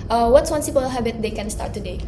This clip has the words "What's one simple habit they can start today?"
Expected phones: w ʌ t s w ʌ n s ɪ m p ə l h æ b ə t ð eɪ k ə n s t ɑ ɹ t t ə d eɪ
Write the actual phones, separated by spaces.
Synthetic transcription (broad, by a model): w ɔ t s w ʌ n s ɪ p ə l h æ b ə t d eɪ k ə n s t ɑ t t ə d eɪ